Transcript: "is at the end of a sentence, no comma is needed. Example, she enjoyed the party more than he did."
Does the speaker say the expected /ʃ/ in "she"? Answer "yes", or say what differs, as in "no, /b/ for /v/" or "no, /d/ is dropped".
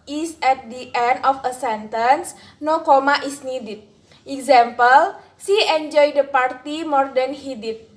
no, /s/ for /ʃ/